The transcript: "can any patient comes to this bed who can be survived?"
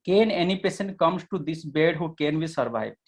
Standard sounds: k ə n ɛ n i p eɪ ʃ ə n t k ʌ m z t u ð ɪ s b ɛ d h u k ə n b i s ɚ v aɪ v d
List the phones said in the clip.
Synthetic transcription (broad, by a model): k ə n ɛ n i p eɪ s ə n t k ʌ m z t u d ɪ s b ɛ d h u k ə n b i s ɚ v aɪ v